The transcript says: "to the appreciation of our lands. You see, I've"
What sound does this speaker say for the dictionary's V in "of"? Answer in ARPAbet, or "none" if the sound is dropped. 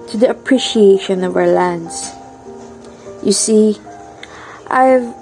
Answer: V